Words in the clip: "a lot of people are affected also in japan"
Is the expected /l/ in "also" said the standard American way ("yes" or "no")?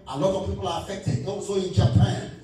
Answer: no